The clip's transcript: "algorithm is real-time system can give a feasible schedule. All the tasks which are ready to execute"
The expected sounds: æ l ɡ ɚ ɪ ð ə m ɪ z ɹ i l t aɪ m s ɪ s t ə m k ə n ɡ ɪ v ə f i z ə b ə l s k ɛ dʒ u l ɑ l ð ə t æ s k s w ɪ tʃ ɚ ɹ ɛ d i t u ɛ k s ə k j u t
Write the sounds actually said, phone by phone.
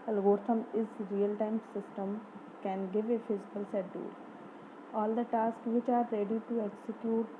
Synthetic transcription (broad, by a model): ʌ l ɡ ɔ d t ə m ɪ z ɹ i l t aɪ m s ɪ s t ə m k ə n ɡ ɪ v ə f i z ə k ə l s ɛ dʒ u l ɑ l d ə t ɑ s k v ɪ tʃ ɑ ɹ ɛ d i t u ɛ k s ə k j u t